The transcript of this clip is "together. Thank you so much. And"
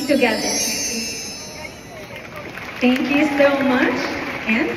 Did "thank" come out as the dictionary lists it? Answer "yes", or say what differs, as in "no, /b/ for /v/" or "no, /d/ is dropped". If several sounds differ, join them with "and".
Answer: no, /t/ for /θ/